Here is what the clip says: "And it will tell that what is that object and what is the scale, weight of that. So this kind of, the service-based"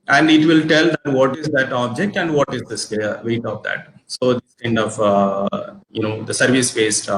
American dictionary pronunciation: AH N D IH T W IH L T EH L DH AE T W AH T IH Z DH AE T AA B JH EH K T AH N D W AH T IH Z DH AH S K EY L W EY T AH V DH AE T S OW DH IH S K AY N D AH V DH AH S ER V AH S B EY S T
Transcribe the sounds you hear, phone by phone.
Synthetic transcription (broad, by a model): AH N D IH T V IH L T EH L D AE T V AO T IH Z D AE T AA B JH EH K T AH N D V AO T IH Z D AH S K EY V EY T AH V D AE T S OW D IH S K AY N D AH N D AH S ER V AH S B EY S T